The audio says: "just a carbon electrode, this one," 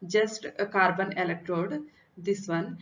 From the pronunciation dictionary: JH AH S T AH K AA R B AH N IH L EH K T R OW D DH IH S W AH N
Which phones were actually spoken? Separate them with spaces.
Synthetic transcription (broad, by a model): JH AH S T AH K AA R B AH N IH L EH K T R OW D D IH S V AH N